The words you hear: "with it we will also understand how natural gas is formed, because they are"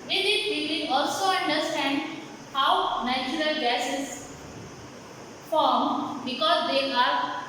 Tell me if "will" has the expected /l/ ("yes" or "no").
no